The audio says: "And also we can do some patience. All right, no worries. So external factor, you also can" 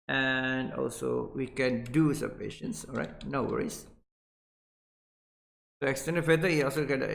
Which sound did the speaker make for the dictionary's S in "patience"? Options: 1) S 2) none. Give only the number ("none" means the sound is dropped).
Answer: 1